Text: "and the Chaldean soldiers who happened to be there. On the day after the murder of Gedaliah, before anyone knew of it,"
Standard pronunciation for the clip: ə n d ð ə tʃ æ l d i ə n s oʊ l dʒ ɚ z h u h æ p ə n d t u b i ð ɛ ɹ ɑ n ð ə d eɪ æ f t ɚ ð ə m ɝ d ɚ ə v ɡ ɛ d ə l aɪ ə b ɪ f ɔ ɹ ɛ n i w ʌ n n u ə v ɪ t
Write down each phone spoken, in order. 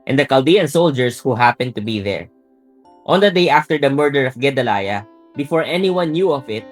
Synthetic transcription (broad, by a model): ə n d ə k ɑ l d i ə n s oʊ l dʒ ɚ s h u h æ p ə n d t u b i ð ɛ ɹ ɑ n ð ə d eɪ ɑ f t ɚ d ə m ɝ d ɚ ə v ɡ ɛ d ə l aɪ ə b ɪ f ɔ ɹ ɛ n i w ʌ n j u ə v ɪ t